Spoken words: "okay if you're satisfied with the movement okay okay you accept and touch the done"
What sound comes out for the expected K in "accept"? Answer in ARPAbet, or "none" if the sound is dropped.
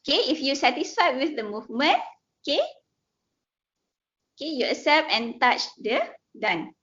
none